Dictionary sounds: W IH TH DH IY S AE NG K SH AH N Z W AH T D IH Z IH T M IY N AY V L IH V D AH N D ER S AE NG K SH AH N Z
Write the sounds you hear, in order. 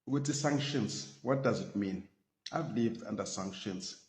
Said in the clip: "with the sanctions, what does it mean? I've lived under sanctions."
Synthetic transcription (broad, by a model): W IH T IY S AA NG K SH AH N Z W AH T D IH Z IH T M IY N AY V L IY V D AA N D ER S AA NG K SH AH N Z